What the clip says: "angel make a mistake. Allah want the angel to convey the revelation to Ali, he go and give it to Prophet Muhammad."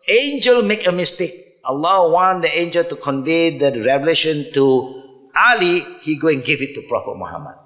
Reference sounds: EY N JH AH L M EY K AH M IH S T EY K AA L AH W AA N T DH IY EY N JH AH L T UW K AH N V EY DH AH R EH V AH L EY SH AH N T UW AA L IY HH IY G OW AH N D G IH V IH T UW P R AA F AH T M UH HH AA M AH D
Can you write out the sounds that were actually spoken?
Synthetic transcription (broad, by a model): EY N JH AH L M EY K AH M IH S T EY K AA L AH W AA N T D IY EY N JH AH L T UW K AH N V EY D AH R EH V AH L EY SH AH N T UW AA L IY HH IY G OW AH N G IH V IH T UW P R AA F AH T M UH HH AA M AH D